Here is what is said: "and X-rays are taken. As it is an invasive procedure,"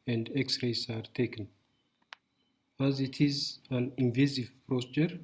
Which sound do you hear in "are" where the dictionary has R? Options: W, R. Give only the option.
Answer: R